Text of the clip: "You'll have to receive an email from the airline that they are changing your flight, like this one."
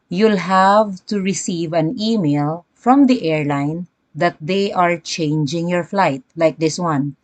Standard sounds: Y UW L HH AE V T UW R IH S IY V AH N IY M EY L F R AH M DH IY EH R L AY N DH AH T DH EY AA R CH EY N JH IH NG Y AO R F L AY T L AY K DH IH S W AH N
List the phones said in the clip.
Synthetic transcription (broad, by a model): Y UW L HH AE V T UW R IH S IY V AH N IY M EY L F R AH M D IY EH R L AY N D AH T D EY AA R CH EY N JH IH NG Y AO R F L AY T L AY K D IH S W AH N